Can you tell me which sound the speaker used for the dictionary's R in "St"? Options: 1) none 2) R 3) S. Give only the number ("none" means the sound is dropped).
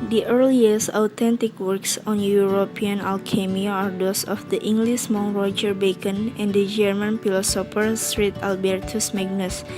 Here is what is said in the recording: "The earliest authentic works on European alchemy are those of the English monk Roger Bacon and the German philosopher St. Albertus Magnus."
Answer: 2